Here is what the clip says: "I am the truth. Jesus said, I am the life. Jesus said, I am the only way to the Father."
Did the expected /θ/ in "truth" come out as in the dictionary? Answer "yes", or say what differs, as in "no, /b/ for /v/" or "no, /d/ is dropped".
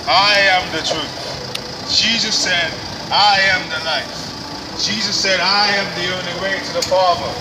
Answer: yes